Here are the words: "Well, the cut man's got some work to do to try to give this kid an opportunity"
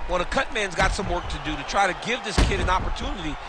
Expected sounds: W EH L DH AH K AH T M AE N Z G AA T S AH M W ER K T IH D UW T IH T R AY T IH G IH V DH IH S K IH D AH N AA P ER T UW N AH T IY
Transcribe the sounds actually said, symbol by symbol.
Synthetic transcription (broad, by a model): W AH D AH K AH T M AE N Z G AA T S AH M W ER K T IH D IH T IH T R AY T IH G IH V DH IH S K IH D AH N AA P ER T UW N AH T IY